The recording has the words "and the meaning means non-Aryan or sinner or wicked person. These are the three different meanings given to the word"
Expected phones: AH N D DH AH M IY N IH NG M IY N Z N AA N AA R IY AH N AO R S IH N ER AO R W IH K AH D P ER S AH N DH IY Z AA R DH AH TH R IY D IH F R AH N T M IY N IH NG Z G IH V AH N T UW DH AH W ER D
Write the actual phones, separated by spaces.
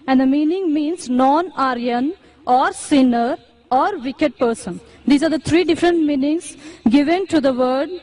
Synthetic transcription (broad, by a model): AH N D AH M IY N IH NG M IY N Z N AA N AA R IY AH N AO R S IH N ER AO R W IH K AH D P ER S AH N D IY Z AA R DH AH T R IY D IH F R AH N T M IY N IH NG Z G IH V AH N T UW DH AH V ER D